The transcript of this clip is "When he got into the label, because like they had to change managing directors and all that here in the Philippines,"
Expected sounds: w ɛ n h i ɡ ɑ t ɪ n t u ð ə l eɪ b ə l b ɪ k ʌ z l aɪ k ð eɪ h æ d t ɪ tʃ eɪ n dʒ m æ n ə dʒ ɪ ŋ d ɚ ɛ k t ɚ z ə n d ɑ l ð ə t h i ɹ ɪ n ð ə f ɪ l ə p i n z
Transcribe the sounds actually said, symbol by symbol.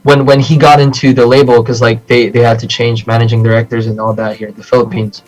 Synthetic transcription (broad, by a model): w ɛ n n i ɡ ɑ t ɪ n t u ð ə l eɪ b l k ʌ z l aɪ k ð eɪ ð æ d t ɪ tʃ eɪ n dʒ m æ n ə dʒ ɪ ŋ d ɚ ɛ k t ɚ z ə n ɑ l ð ə t h i ɹ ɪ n ð ə f ɪ l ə p i n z